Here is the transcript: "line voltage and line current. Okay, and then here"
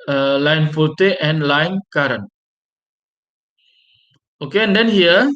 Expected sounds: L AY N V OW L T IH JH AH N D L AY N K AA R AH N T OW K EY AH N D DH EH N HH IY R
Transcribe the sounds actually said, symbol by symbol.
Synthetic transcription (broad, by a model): L AY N F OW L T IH AH N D L AY N K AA R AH N OW K EY AH N D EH N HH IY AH